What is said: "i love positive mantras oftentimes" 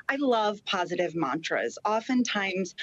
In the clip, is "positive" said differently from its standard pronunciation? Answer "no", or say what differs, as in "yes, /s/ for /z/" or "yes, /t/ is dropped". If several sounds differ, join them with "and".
no